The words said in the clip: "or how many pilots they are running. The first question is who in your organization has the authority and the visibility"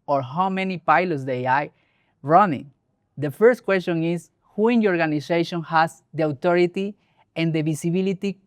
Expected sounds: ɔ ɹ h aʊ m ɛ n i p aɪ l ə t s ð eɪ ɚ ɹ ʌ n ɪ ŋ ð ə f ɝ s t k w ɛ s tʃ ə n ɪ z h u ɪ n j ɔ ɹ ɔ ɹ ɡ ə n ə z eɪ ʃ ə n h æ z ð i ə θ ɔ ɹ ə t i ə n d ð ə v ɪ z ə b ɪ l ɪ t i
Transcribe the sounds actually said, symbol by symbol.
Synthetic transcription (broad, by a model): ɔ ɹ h aʊ m ɛ n i p aɪ l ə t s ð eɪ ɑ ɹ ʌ n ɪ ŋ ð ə f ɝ s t k w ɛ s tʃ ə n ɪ s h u ɪ n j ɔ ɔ ɹ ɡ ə n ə s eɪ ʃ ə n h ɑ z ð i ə t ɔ ɹ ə t i ə n d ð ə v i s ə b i l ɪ t i